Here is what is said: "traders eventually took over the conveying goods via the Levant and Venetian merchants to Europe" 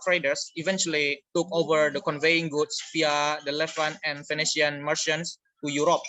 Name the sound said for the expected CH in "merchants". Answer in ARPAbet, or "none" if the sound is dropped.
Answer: SH